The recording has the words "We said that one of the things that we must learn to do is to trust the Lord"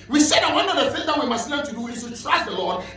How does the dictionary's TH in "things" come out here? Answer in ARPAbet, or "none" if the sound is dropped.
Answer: F